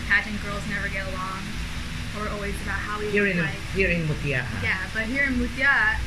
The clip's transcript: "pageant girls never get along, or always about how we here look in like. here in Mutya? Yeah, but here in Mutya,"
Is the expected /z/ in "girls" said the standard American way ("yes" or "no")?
yes